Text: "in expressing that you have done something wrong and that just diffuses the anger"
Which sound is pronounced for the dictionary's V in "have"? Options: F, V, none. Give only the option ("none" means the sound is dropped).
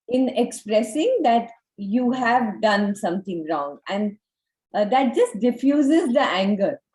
V